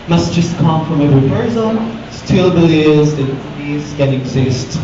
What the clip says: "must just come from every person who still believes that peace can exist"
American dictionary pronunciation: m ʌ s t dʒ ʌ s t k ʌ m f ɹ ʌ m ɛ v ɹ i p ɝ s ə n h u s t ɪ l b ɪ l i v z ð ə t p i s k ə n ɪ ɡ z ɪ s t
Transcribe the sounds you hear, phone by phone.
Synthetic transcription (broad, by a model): m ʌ s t dʒ ʌ s t k ʌ m f ɹ ʌ m ɛ v ɹ i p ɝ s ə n s t ɪ l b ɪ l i z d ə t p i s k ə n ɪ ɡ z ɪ s t